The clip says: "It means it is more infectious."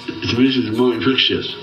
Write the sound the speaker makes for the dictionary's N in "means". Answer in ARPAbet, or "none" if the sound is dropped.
none